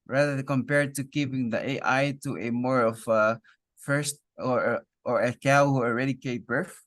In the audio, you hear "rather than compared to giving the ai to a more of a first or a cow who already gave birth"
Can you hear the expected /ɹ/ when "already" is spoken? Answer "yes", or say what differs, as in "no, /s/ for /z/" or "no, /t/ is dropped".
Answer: yes